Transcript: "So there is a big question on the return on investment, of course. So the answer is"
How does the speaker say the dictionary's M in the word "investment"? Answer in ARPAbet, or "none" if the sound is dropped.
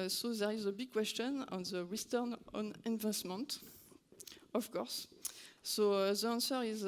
M